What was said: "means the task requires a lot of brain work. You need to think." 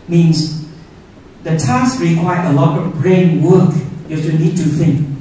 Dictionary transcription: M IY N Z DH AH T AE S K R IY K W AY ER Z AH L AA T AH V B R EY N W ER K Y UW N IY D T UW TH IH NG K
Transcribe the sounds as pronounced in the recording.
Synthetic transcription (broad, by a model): M IY N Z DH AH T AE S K R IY K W AY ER AH L AA T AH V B R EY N W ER K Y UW N IY D T UW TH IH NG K